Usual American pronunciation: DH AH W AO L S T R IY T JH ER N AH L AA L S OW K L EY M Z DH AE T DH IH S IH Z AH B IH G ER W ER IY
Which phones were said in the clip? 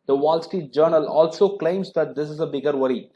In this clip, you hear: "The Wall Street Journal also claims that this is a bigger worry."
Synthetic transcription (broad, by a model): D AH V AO L S T IY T JH ER N AH L AA L S OW K L EY M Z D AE T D IH S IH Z AH B IH G ER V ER IY